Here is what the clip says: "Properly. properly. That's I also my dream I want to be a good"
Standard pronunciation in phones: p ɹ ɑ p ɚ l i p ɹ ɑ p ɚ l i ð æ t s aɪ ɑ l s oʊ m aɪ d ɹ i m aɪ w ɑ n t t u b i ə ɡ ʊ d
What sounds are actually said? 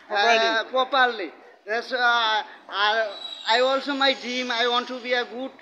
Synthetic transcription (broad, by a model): p ɹ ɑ p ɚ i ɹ l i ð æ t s aɪ ɑ l s oʊ m aɪ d i m aɪ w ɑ n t t u b i ə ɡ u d